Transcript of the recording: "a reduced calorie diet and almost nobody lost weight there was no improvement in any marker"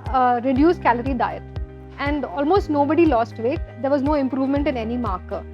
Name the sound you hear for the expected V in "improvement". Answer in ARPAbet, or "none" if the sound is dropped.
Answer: V